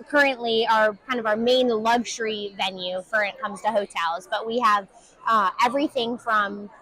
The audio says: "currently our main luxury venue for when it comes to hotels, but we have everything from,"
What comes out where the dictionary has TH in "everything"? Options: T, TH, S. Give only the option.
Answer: TH